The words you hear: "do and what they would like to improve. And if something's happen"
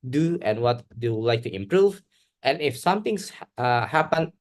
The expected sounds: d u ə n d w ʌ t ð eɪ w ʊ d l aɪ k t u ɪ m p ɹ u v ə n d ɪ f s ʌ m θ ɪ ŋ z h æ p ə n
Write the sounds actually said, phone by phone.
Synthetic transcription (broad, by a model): d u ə n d w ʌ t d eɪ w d l aɪ k t u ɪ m p ɹ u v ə n ɪ f s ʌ m t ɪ ŋ s h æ p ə n